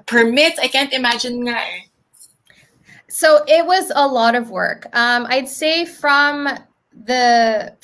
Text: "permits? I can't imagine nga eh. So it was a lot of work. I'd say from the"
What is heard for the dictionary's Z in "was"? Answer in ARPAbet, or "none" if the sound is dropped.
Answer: Z